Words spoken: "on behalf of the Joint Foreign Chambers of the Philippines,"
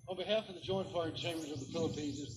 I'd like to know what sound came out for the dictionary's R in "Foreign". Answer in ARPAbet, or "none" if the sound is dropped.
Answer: none